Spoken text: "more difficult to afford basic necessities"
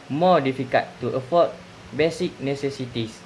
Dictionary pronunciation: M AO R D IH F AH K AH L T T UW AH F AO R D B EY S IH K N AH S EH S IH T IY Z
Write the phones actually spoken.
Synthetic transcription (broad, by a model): M AO D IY F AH K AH T T UW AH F AO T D B EY S IH K N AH S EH S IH T IY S